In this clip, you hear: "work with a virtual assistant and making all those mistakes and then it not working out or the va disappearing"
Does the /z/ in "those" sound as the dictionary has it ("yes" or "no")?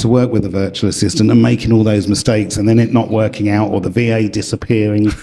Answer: yes